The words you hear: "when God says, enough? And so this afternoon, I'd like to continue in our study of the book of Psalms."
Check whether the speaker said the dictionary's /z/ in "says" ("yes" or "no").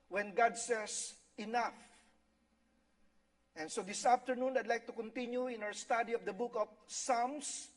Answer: no